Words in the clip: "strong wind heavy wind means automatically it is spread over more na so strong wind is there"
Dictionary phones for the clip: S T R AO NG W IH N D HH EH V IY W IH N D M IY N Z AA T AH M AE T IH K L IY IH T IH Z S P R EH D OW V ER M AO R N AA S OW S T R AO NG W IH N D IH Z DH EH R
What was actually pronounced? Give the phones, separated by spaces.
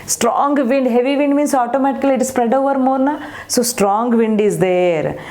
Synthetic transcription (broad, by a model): S T R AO NG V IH N D HH EH V IY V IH N D M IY N S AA T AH M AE T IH K IY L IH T S P R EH D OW V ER M AO R N AA S OW S T R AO NG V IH N D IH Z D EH R